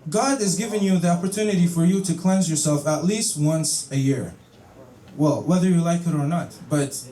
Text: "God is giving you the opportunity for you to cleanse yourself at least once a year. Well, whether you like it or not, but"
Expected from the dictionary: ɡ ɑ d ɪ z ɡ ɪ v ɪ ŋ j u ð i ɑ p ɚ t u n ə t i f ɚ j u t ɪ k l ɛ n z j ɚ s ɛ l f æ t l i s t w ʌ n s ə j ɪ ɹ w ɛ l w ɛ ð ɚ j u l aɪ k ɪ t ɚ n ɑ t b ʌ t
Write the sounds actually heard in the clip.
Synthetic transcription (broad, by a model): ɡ ɑ d ɪ z ɡ ɪ v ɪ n j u ð i ɑ p ɚ t u n ə t i f ɚ j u t ɪ k l ɛ n z j ɚ s ɛ l f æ t l i s t w ʌ n s ə j ɪ ɹ w ɛ l w ɛ ð ɚ j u l aɪ k ɪ t ɚ n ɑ t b ʌ t